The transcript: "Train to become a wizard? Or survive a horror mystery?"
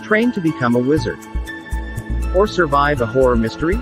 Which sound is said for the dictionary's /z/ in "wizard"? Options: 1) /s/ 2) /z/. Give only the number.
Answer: 2